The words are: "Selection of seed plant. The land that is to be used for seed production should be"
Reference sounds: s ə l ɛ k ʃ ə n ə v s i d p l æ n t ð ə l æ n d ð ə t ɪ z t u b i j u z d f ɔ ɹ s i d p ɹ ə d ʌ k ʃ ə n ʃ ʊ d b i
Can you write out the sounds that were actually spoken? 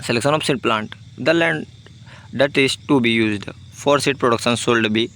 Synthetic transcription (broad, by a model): s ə l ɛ k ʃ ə n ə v s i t p l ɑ n t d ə l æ n d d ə t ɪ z t u b i j u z d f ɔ ɹ s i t p ɹ ə d ʌ k ʃ ə n s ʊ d b i